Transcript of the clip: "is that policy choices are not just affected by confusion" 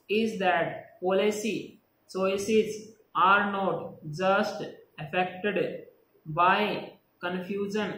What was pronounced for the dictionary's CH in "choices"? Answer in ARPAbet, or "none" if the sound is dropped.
S